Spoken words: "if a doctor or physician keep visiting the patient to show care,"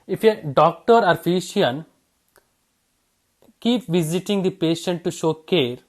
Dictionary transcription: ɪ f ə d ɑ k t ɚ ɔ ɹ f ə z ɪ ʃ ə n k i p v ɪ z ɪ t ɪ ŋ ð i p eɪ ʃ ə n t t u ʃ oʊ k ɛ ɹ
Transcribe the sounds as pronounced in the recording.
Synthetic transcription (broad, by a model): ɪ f ə d ɑ k t ɚ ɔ ɹ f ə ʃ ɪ ə n k i p v ɪ z ɪ t ɪ ŋ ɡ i p eɪ ʃ ə n t t u ʃ oʊ k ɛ ɹ